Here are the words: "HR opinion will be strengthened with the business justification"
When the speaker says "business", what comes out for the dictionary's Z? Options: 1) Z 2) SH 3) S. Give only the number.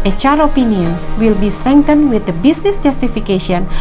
3